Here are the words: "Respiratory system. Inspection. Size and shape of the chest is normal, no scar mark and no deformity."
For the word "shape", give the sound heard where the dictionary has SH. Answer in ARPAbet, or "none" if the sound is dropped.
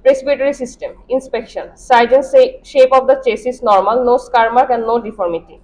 SH